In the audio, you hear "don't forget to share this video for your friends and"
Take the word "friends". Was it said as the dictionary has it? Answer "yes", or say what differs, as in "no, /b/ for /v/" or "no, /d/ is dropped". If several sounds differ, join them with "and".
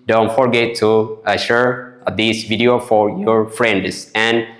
no, /s/ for /z/